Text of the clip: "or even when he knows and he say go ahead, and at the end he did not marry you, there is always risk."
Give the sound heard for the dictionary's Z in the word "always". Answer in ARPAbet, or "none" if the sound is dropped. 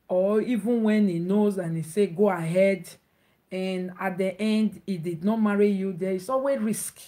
none